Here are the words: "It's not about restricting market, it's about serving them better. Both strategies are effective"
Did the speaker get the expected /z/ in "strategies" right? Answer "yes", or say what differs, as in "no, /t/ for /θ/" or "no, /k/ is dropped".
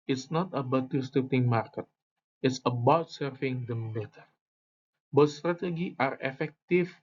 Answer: no, /z/ is dropped